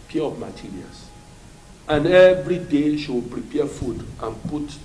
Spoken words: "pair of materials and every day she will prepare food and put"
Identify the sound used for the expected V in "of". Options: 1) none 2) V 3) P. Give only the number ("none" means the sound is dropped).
3